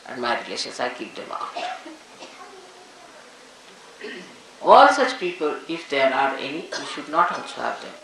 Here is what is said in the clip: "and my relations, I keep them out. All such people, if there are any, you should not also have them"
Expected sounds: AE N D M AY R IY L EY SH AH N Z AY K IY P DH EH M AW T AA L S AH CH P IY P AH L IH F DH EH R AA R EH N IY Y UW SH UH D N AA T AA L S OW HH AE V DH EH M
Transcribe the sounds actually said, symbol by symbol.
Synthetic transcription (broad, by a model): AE N D M AY R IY L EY SH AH N S AY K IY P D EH M AW T AA L S AH CH P IY P AH L IH F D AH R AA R EH N IY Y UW SH UH D N AA T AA N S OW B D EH M